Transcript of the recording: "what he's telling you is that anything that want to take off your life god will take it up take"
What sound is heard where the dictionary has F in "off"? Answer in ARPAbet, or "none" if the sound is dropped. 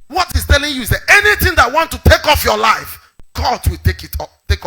F